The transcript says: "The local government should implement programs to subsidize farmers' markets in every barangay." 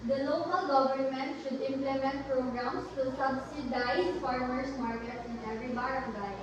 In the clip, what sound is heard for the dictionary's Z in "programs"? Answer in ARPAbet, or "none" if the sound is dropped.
S